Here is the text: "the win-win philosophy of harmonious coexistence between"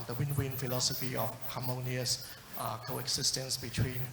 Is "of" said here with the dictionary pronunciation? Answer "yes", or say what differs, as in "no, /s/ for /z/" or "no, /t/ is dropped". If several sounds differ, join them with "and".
no, /f/ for /v/